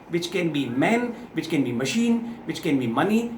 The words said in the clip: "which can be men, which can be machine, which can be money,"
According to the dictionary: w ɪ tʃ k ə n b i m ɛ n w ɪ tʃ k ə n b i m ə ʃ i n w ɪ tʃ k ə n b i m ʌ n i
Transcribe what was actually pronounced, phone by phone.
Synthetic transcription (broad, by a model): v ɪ tʃ k ə n b i m ɛ n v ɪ tʃ k ə n b i m ə ʃ i n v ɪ tʃ k ə n b i m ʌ n i